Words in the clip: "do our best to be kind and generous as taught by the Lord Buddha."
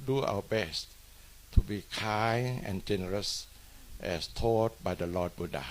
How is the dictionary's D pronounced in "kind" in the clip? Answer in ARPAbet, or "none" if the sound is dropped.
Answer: none